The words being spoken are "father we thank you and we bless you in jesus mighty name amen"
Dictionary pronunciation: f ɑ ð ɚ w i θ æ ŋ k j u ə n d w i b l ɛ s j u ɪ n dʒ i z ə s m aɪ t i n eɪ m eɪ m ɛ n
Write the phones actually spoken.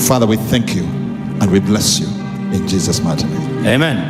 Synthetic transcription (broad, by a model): f ɑ ð ɚ w i θ æ ŋ k j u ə n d w i b l ɛ s j u ɪ n dʒ i z ə s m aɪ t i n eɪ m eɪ m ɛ n